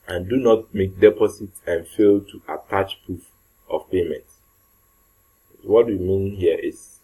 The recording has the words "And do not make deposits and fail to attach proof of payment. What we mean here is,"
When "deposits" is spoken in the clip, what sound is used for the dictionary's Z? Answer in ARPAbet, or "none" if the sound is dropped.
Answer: S